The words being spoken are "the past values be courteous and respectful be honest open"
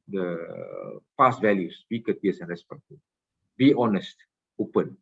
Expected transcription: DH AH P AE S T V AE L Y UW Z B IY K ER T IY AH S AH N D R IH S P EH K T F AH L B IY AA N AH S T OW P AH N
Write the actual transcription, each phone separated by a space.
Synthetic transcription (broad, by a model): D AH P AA S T V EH L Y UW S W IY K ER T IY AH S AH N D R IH S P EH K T AH B IY AA N AH S T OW P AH N